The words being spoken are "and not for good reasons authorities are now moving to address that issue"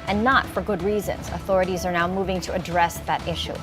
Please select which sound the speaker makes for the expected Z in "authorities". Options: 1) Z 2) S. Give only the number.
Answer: 1